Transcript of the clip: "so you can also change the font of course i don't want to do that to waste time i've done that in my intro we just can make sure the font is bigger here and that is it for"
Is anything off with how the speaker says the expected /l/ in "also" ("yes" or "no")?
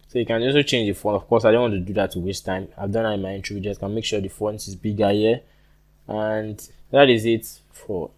yes